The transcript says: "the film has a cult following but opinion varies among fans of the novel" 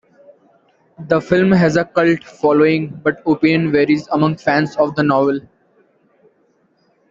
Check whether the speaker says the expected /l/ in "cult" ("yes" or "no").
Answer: yes